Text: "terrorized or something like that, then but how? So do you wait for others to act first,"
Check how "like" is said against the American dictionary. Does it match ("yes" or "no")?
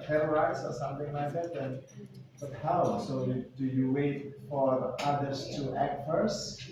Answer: yes